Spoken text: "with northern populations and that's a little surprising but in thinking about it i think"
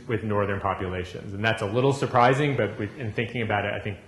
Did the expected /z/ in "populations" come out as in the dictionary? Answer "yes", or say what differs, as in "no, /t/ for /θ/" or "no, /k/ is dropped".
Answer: yes